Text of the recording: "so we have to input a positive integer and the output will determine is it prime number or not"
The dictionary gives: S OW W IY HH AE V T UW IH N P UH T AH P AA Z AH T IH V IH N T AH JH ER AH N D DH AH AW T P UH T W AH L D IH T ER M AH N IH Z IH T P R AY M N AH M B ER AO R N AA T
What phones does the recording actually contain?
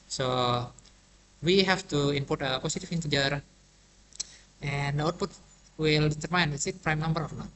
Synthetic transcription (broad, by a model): S OW W IY HH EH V T UW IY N P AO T AH P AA S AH T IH F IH N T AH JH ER AH N D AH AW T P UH T W AH L D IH T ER M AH N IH S IH T P R AY M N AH M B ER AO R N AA